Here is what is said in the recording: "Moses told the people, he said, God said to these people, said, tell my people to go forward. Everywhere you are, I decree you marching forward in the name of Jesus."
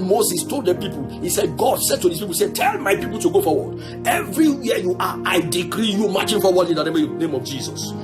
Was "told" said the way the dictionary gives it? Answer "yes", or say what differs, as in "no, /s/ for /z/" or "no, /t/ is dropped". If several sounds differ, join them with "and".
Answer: yes